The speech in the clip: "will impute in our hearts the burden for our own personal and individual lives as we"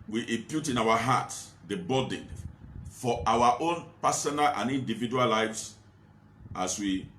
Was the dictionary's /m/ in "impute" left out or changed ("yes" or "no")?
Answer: no